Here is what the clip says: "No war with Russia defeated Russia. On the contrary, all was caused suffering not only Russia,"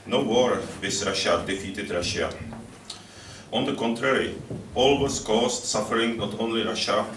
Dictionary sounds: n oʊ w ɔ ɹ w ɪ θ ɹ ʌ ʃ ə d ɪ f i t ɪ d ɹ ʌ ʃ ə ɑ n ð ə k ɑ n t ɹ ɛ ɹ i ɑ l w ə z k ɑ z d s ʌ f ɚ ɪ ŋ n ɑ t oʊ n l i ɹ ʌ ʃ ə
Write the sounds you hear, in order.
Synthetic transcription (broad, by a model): n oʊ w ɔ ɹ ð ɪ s ɹ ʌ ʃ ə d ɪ f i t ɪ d ɹ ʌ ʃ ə ɑ n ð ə k ɑ n t ɹ ɛ ɹ i ɑ l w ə s k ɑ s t s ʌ f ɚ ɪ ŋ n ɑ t oʊ n l i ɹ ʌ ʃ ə